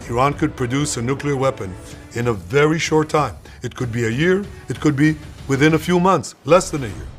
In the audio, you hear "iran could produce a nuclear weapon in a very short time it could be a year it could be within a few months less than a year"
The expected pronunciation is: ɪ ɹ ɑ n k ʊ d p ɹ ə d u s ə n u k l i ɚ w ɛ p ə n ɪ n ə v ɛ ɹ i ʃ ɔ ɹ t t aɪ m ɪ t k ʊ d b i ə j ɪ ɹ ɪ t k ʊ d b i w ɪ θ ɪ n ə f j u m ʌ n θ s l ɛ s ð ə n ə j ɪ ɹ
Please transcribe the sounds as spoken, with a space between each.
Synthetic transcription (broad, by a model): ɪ ɹ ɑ n k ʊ d p ɹ ə d u s ə n u k l i ɚ w ɛ p ə n ɪ n ə v ɛ ɹ i ʃ ɔ ɹ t t aɪ m ɪ t k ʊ d b i ə j ɪ ɹ ɪ t k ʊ d b i w ɪ θ ɪ n ə f j u m ʌ n θ s l ɛ s ð ə n ə j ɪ ɹ